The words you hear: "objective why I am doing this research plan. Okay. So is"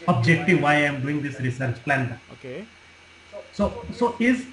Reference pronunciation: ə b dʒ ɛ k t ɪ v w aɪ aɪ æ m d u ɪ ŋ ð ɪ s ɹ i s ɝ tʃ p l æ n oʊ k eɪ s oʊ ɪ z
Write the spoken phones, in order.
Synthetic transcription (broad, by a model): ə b dʒ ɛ k t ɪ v aɪ aɪ m d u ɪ ŋ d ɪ s ɹ i s ɝ tʃ p l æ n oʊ k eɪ s oʊ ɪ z